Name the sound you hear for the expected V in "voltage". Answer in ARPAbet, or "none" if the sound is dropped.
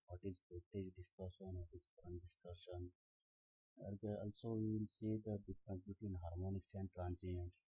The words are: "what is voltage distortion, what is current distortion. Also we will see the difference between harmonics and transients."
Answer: P